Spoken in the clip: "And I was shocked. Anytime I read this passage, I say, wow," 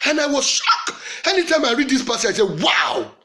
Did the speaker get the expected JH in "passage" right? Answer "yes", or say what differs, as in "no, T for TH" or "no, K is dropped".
no, JH is dropped